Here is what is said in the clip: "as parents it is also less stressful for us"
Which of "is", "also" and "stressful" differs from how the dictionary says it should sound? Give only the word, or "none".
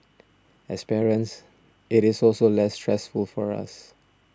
is